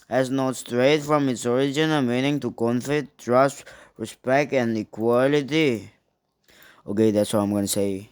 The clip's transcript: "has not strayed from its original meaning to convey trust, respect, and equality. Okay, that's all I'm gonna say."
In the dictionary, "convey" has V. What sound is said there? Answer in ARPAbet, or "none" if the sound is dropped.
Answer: F